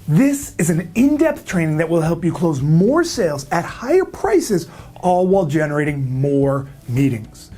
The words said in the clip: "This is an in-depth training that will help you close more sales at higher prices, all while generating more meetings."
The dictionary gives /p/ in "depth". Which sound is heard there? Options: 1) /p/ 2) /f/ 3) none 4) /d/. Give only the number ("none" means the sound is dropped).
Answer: 1